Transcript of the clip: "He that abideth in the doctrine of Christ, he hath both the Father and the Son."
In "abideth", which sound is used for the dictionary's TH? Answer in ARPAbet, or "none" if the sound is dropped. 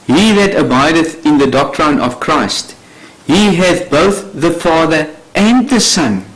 TH